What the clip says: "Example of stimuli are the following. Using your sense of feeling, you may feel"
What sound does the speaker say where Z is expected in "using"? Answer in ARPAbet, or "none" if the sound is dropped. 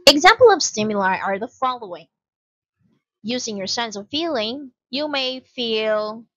Z